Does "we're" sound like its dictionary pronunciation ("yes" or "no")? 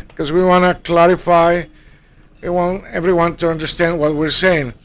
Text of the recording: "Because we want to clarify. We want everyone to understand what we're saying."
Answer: yes